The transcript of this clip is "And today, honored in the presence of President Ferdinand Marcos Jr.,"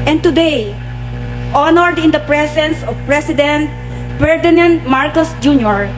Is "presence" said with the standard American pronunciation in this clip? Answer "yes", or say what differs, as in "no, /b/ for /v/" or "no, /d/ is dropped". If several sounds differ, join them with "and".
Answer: no, /s/ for /z/